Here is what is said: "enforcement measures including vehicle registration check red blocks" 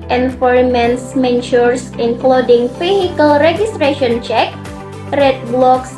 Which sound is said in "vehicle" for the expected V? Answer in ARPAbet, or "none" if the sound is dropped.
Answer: F